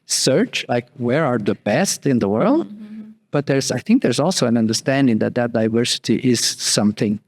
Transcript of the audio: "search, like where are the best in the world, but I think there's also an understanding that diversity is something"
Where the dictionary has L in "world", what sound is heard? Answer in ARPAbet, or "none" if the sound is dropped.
L